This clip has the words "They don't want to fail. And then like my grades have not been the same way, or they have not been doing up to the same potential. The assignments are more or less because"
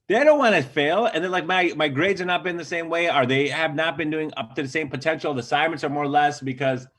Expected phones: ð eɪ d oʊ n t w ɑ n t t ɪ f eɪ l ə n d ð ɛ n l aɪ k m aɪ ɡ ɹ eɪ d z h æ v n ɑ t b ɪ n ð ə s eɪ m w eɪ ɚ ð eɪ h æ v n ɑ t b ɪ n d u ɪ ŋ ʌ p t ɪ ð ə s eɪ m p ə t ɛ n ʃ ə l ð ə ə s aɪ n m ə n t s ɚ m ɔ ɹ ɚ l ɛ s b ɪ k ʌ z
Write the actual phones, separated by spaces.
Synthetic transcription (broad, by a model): ð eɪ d oʊ n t w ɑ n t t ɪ f eɪ l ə n ð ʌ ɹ l aɪ k m aɪ ɡ ɹ eɪ d z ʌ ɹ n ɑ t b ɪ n ð ə s eɪ m w eɪ ɚ ð eɪ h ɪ v n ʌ t b ɪ n d u ɪ ŋ ʌ p t ɪ ð ə s eɪ m p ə t ɛ n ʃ l ð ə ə s aɪ m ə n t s ɚ m ɔ ɹ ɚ l ɛ s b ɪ k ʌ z